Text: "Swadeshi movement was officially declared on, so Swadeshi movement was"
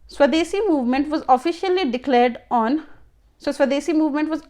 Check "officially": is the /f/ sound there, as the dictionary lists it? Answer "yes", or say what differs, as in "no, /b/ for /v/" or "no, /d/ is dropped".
yes